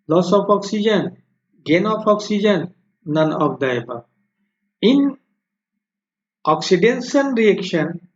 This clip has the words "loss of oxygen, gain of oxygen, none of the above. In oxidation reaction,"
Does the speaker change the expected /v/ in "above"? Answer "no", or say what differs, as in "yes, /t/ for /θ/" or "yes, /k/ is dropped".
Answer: yes, /v/ is dropped